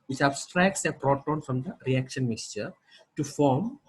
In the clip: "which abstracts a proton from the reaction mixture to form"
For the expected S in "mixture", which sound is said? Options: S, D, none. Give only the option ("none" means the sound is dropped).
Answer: S